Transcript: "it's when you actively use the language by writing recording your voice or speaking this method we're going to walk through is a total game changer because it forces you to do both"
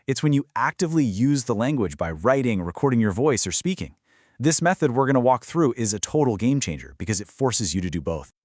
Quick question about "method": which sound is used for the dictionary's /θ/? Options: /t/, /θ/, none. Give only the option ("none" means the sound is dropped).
/θ/